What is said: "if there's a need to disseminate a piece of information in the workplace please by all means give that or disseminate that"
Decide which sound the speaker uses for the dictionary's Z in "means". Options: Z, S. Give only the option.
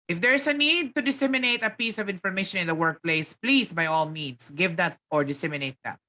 S